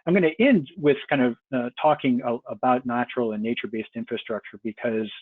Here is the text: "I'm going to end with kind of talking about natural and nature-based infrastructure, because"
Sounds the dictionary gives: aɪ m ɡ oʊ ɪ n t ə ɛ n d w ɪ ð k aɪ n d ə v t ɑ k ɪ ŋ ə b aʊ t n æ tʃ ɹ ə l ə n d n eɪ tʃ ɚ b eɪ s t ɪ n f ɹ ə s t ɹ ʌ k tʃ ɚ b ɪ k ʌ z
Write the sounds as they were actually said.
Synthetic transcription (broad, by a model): aɪ m ɡ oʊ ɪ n t ɛ n d w ɪ ð k aɪ n d ə v t ɑ k ɪ ŋ ə b aʊ t n æ tʃ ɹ l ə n n eɪ tʃ ɚ b eɪ s t ɪ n f ɹ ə s t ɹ ʌ k tʃ ɚ b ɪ k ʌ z